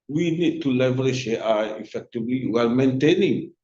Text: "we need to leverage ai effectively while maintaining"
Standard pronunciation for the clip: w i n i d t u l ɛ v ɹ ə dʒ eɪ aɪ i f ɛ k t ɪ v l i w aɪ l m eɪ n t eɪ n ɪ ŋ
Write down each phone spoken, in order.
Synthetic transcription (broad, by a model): w i n i d t u l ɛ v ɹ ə ʃ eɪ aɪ i f ɛ k t ɪ v l i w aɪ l m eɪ n t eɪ n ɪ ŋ